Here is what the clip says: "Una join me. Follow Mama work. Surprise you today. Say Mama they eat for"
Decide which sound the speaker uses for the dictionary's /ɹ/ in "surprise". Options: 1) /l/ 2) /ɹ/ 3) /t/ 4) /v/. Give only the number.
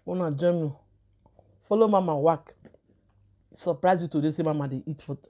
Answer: 2